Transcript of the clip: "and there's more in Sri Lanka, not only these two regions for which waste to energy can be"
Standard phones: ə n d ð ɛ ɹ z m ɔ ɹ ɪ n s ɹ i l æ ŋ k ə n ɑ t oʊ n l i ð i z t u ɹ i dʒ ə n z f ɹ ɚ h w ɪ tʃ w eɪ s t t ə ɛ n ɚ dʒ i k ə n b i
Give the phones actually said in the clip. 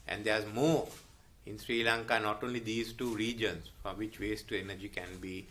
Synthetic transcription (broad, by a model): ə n d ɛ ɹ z m ɔ ɹ ɪ n s ɹ i l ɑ ŋ k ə n ɑ t oʊ n l i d i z t u ɹ i dʒ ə n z f ɹ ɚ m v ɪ tʃ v eɪ s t t ə ɛ n ɚ dʒ i k ə n b i